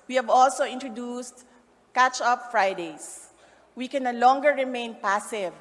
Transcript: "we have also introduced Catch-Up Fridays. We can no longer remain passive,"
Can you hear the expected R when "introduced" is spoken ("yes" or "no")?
yes